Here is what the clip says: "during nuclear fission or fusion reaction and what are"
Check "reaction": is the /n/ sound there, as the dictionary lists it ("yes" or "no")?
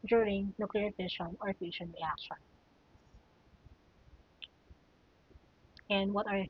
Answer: no